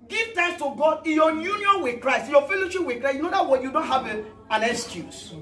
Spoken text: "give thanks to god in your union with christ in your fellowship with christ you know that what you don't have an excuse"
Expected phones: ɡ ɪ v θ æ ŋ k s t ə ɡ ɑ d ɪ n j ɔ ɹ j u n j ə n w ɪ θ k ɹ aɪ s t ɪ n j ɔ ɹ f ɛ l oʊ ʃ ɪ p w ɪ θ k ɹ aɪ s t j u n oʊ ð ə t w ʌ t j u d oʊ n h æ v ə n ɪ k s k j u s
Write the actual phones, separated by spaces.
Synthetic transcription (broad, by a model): ɡ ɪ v t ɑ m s t ə ɡ ɑ d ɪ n j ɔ j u n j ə n w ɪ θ k ɹ aɪ s t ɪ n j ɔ f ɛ l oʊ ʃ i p w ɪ k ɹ aɪ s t j u n oʊ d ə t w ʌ j u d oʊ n h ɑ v ə n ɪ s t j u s